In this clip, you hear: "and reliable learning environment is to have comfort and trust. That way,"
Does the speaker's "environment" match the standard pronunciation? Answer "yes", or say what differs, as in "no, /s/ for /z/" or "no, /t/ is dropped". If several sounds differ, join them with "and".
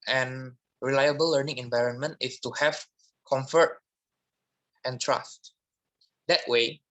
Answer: yes